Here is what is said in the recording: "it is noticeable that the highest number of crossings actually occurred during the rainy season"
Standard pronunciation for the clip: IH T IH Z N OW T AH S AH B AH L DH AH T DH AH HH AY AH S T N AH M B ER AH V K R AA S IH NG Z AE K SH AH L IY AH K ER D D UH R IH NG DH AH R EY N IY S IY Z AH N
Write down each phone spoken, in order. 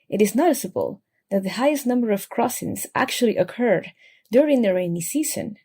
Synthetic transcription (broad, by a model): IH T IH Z N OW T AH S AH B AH L DH AH T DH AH HH AY AH S T N AH M B ER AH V K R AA S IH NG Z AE K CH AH L IY AH K ER D D UH R IH NG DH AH R EY N IY S IY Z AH N